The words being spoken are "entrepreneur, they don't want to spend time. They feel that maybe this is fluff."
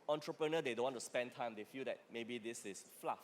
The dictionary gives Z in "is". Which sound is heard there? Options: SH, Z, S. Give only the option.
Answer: S